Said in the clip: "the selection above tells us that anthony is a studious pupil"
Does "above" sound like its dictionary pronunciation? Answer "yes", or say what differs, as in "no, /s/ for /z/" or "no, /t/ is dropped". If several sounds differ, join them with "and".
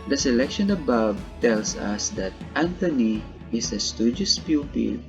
no, /b/ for /v/